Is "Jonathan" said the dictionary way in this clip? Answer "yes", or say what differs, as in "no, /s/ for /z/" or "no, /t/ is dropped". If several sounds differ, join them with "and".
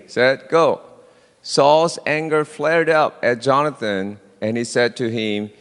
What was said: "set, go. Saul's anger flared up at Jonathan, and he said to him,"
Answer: yes